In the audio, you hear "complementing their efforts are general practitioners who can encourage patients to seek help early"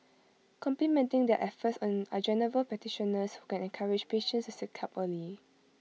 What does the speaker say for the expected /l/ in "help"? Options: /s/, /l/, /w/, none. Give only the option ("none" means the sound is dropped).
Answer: none